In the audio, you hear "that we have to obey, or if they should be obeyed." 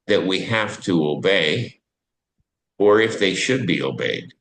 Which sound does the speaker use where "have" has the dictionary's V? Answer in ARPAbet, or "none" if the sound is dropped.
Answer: F